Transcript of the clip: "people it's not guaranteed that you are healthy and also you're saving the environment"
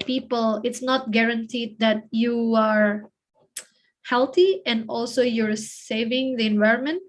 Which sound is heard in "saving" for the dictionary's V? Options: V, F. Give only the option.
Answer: V